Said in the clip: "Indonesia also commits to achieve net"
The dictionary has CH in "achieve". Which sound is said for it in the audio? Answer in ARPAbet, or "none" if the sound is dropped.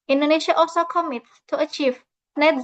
CH